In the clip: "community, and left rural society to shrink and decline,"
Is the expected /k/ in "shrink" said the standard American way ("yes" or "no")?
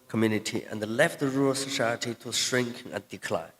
yes